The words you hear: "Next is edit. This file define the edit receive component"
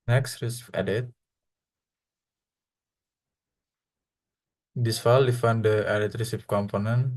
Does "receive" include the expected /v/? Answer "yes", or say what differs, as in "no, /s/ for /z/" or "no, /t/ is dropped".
no, /p/ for /v/